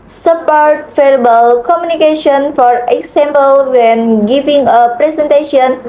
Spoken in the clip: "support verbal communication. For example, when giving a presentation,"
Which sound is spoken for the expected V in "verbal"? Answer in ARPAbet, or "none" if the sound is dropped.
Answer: F